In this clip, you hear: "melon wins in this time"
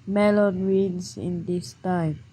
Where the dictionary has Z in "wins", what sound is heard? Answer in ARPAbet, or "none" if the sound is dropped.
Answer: S